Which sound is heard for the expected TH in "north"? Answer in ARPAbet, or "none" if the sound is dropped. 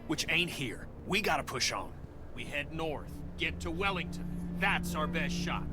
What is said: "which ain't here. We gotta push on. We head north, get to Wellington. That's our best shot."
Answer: TH